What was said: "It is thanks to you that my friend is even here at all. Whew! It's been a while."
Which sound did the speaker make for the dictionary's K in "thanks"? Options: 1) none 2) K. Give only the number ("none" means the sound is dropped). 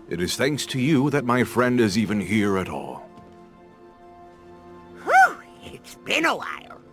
2